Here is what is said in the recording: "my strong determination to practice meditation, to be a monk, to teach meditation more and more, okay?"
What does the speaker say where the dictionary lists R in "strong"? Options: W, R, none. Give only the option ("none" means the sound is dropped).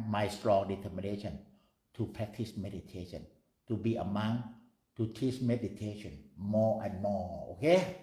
R